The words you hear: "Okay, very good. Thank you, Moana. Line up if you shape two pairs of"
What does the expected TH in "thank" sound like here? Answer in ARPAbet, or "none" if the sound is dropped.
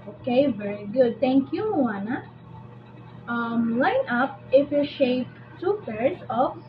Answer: T